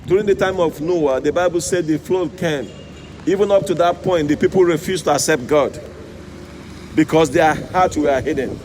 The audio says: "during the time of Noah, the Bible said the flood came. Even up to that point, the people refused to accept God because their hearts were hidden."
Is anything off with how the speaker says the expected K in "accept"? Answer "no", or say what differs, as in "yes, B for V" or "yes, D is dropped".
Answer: no